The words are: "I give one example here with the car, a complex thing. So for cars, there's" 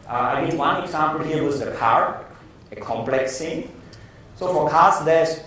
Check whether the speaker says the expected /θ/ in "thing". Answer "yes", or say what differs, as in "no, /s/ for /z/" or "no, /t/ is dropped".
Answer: no, /t/ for /θ/